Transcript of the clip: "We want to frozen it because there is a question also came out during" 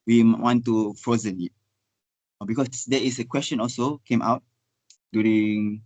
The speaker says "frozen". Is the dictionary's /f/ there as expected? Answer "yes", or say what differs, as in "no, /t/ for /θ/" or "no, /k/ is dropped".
yes